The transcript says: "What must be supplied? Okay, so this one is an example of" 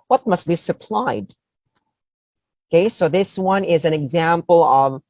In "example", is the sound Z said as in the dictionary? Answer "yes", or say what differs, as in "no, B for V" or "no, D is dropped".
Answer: yes